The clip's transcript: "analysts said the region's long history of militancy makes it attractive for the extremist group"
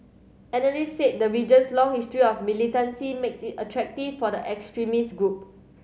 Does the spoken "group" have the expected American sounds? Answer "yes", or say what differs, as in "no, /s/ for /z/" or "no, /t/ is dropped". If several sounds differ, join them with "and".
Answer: yes